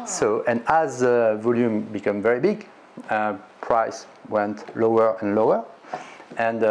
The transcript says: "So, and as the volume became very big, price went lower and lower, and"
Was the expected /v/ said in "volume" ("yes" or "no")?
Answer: yes